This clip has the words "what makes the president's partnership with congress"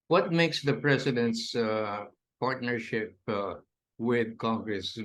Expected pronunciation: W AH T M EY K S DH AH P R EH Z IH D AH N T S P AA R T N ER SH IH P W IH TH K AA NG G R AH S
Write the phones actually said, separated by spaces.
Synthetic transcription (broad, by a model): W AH T M EY K S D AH P R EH S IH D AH N T S P AA R T N ER SH IH P W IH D K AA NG G R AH S